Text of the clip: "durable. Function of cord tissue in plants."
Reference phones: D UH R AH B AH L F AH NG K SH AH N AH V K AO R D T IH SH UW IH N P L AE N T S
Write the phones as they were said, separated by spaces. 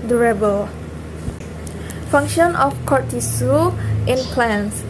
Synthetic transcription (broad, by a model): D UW R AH B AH L F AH NG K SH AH N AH F K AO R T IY S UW IH N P L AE N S